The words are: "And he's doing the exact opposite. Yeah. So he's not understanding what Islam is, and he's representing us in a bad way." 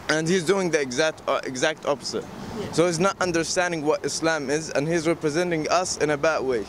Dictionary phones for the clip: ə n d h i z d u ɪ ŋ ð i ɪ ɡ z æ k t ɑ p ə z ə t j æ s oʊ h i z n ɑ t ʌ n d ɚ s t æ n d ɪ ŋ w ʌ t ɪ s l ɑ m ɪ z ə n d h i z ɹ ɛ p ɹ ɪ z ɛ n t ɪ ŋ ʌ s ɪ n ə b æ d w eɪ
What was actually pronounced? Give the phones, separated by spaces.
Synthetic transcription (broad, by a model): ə n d h i z d u ɪ ŋ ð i ɪ ɡ z æ k t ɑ p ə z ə t s oʊ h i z n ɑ t ʌ n d ɚ s t æ n d ɪ ŋ w ʌ t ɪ s l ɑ m ɪ z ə n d h i z ɹ ɛ p ɹ ɪ z ɛ n t ɪ ŋ ʌ s ɪ n ə b æ d w eɪ